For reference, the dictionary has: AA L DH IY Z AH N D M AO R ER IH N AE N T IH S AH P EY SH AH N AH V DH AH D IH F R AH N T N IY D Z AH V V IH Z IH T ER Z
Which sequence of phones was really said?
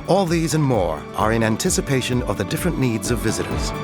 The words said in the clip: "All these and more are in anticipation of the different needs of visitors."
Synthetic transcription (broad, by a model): AA L DH IY Z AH N M AO R ER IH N AE N T IH S AH P EY SH AH N AH V DH AH D IH F R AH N N IY D Z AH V V IH Z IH T ER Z